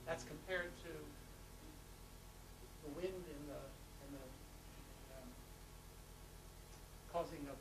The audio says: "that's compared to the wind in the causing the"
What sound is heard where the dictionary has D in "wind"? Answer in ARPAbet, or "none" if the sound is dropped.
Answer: D